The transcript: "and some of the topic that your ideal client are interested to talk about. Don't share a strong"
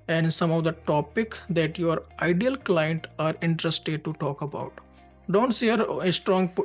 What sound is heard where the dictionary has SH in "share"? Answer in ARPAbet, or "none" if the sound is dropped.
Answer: S